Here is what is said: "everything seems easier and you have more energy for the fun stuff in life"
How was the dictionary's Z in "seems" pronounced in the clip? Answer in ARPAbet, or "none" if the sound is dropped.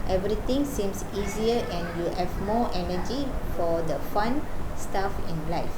S